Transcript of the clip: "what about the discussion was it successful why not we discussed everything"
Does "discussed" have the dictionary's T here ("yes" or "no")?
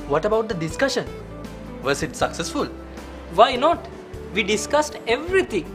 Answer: yes